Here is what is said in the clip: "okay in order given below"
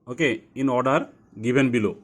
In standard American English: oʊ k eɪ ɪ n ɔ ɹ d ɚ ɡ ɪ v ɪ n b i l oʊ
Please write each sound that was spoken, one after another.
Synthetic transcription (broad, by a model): oʊ k eɪ ɪ n ɔ ɹ d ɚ ɡ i b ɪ n b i l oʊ